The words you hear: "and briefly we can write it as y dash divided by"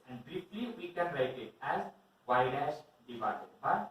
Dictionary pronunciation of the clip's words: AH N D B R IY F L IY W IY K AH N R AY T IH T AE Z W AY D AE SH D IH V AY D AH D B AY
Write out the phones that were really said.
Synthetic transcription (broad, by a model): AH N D B R IY F L IY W IY K AH N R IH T IH T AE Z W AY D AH S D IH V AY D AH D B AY